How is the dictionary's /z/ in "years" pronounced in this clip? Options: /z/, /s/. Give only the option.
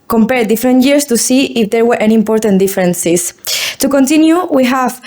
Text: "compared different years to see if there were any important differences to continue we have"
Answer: /s/